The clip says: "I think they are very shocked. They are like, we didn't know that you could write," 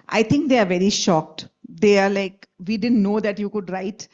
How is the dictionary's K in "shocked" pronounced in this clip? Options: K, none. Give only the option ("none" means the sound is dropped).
K